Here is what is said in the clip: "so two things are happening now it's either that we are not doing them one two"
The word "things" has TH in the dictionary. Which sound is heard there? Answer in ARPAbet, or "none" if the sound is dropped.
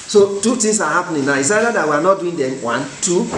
T